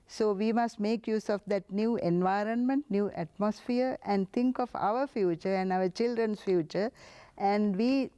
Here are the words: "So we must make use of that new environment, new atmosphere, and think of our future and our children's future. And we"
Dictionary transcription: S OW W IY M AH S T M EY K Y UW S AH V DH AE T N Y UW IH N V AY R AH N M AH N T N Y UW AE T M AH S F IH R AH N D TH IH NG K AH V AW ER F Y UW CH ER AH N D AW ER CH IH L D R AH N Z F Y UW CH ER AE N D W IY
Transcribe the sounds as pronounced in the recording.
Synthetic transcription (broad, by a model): S OW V IY M AH S T M EY K Y UW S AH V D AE T N Y UW IH N V AY R AH N M AH N T N Y UW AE T M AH S F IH R AH N D T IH NG K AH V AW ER F Y UW CH ER AH N D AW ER CH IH L D R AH N S F Y UW CH ER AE N D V IY